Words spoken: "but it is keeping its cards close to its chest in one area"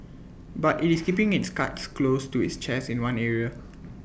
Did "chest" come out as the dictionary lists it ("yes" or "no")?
no